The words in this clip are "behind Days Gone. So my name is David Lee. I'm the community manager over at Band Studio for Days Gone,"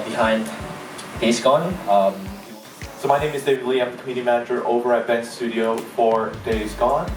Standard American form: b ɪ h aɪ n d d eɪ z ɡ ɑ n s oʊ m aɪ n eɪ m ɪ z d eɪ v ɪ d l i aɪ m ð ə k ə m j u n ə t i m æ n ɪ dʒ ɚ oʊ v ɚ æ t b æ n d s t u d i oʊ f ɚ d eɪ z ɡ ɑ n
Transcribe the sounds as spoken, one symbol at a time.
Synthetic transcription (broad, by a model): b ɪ h aɪ n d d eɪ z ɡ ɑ n s oʊ m aɪ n eɪ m ɪ z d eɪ ɪ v l i aɪ m ð ə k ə m j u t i m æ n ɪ dʒ ɚ oʊ v ɚ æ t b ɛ n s s t u d i oʊ f ɚ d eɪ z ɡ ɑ n